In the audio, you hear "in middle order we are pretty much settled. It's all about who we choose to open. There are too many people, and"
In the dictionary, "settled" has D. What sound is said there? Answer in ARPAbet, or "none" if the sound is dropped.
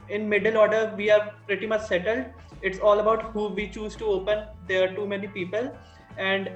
D